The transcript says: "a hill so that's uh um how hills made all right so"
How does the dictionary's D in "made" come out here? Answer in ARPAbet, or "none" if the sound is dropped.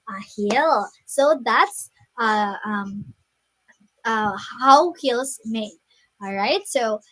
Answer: none